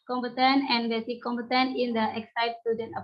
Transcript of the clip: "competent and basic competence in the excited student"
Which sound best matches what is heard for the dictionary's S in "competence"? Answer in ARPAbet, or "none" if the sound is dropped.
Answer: none